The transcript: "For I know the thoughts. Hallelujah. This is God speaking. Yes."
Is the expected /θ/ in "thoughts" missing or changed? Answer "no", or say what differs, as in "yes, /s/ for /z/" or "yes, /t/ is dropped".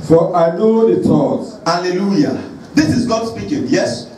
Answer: yes, /t/ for /θ/